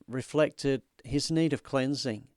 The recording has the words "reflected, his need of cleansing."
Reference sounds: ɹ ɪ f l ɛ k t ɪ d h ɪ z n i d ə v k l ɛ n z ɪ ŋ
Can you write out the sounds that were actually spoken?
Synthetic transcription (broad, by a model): ɹ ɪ f l ɛ k t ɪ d h ɪ z n i d ə v k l ɛ n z ɪ ŋ